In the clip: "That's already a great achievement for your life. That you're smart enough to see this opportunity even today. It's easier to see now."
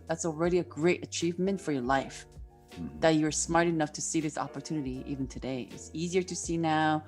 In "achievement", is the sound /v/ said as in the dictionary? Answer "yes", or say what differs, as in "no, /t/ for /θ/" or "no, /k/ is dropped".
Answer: yes